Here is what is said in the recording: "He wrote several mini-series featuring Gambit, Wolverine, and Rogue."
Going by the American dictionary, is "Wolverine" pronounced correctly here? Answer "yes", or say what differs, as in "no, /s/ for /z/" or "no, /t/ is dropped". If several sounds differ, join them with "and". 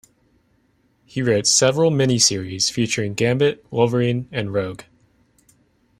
no, /l/ is dropped